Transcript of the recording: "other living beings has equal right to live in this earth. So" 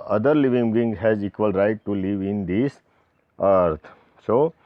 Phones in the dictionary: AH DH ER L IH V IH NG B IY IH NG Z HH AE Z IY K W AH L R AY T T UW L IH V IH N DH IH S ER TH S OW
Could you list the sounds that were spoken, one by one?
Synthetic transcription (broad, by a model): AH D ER L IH V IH NG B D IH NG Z HH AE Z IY K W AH L R AY T T UW L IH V IH N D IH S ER T S OW